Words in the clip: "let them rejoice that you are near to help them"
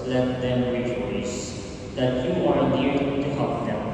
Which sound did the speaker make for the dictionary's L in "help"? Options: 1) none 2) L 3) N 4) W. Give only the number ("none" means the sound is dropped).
1